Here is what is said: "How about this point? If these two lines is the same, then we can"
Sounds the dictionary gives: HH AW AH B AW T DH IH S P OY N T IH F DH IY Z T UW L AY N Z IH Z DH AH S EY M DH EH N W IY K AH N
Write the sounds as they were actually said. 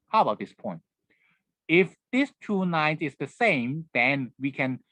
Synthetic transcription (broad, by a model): HH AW AH B AW T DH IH S P OY N T IH F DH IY S T UW N AY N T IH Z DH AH S EY M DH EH N W IY K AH N